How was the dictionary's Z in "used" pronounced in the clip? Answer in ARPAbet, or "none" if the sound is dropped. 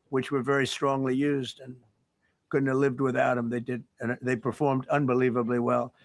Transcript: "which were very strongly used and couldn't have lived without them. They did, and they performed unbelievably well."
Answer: Z